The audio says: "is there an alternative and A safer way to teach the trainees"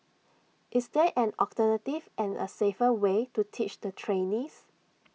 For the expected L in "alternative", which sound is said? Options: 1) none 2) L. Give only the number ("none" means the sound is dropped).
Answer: 1